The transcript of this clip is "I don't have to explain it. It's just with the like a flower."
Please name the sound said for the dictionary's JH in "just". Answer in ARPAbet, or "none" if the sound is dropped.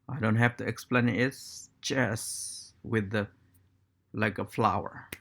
CH